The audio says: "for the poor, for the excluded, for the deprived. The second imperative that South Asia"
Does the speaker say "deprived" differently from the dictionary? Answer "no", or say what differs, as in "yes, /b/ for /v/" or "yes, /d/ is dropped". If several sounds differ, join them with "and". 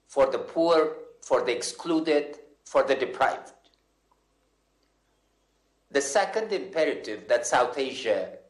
no